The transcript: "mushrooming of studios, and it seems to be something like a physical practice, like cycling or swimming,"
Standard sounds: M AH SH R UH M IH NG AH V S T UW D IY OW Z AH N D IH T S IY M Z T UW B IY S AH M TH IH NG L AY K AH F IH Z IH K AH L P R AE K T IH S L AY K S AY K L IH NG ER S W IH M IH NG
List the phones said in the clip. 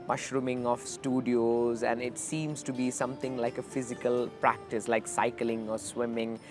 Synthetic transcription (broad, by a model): M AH SH R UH M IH NG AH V S T UW D IY OW Z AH N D IH T S IY M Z T UW B IY S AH M T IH NG L AY K AH F IH Z IH K AH L P R AE K T IH S L AY K S AY K L IH NG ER S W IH M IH NG